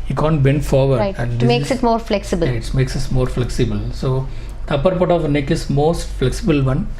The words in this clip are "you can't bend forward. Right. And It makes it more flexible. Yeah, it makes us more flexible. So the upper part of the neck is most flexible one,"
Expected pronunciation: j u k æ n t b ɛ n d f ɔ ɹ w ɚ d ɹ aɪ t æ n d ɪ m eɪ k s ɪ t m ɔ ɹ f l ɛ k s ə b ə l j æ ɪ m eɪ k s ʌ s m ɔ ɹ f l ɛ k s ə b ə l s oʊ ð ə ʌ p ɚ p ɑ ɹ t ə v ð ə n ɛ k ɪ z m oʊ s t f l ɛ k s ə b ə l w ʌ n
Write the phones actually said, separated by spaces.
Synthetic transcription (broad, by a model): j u k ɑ n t b ɛ n d f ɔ ɹ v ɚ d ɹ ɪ æ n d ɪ m eɪ k s ɪ t m ɔ ɹ f l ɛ k s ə b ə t m eɪ k s ʌ s m ɔ ɹ f l ɛ k s ə b ə l s oʊ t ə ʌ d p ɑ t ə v n ɛ k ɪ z m oʊ s t f l ɛ k s ə b ə l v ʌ n